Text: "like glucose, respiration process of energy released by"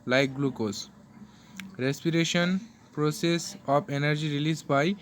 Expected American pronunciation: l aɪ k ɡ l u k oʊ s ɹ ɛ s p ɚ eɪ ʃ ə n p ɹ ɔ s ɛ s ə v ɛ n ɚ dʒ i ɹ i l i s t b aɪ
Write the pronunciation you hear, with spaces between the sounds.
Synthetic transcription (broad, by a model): l aɪ k ɡ l u k oʊ s ɹ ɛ s p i eɪ ʃ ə n p ɹ ɔ s ɛ s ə p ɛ n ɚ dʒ i ɹ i l i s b aɪ